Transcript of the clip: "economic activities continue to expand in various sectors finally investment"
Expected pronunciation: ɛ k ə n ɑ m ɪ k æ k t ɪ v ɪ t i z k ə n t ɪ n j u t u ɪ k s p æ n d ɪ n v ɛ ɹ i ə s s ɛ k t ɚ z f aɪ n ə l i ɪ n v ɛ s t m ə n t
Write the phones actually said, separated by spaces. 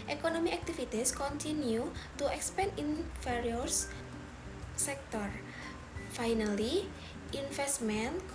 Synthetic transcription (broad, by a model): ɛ k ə n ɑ m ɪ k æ k t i f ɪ t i s k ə n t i n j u t u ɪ k s p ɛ n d ɪ n f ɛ ɹ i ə s s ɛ k t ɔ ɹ f aɪ n ə l i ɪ n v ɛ s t m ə n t